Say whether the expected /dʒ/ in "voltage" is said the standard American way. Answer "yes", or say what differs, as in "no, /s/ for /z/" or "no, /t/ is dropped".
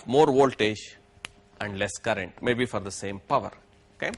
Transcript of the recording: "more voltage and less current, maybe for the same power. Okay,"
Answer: no, /ʃ/ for /dʒ/